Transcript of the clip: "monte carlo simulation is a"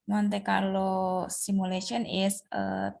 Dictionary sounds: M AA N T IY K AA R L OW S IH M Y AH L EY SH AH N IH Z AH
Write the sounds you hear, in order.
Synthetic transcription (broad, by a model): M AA N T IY K AA R L OW S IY M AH L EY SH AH N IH S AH